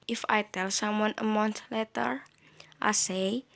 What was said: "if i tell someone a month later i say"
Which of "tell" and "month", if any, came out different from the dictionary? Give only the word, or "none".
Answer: month